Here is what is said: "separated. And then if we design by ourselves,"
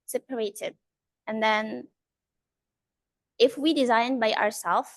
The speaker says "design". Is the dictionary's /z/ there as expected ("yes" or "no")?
yes